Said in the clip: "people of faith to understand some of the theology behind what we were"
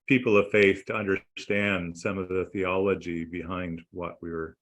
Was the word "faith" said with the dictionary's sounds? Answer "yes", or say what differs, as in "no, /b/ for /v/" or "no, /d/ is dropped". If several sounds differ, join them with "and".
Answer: yes